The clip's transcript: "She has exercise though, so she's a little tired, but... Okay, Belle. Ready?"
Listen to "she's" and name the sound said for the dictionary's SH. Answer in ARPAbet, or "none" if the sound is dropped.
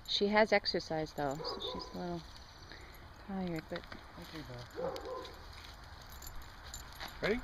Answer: SH